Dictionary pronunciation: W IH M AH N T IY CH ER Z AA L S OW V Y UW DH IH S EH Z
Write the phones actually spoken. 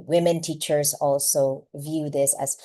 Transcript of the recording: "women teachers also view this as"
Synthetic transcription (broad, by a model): W IH M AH N T IY CH ER Z AA L S OW V Y UW DH IH S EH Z